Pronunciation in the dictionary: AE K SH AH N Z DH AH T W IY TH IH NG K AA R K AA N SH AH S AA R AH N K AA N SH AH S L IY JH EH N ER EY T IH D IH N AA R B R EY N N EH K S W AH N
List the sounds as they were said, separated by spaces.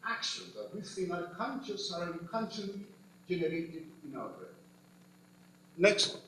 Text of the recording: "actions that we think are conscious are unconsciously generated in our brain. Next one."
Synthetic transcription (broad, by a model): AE K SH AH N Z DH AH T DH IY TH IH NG AA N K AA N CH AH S AA R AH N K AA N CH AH L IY JH EH N ER EY T IH D IH N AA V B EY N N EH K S